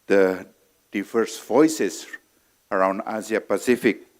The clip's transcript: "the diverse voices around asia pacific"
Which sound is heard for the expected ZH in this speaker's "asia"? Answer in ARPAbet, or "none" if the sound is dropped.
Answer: Z